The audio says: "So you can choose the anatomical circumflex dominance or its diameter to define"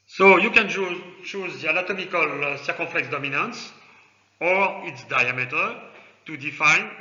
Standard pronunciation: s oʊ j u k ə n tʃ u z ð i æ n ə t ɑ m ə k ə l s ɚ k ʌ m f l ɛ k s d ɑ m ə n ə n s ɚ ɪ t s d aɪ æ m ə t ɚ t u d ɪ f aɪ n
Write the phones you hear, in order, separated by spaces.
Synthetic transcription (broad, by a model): s oʊ j u k ə n tʃ u z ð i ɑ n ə t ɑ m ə k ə l s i k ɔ f l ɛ k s d ɑ m ə n ə n s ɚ ɪ t s d aɪ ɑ m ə t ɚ t u d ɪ f aɪ n